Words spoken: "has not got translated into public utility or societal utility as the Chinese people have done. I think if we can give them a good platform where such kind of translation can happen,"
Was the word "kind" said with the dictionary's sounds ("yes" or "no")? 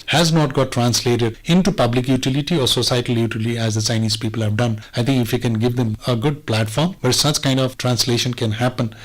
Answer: yes